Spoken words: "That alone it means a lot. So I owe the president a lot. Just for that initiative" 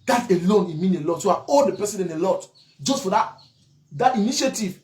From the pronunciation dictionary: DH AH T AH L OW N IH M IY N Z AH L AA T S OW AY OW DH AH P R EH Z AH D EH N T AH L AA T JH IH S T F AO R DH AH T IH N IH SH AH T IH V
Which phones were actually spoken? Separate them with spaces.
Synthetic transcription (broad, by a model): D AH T AH L OW N IH M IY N AH L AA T S OW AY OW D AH P EH S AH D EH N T AH L AA T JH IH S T F AO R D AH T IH N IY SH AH T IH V